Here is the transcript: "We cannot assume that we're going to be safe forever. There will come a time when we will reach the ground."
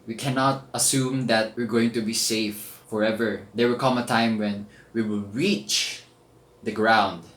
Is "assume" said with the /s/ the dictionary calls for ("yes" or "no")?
yes